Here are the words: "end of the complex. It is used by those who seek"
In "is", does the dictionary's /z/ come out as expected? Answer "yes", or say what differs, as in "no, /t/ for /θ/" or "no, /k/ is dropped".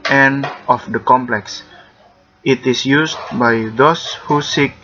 no, /s/ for /z/